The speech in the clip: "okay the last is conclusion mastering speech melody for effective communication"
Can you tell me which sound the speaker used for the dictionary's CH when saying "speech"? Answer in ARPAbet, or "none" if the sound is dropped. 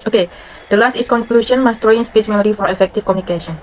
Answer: S